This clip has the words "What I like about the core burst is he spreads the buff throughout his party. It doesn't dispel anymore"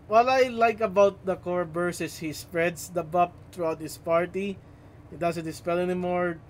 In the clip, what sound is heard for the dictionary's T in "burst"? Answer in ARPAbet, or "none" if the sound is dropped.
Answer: none